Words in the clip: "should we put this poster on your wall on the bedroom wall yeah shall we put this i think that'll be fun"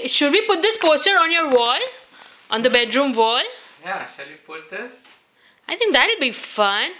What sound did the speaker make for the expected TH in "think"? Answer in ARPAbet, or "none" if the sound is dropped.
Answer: T